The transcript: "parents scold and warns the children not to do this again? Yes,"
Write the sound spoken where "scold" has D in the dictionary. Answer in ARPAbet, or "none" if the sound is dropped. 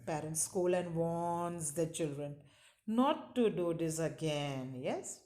none